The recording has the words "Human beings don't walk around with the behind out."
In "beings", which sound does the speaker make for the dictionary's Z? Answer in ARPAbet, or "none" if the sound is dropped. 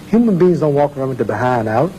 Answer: Z